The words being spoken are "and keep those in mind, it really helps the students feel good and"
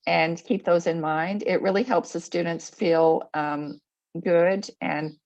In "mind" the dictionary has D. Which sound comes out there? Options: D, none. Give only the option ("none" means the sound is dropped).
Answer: D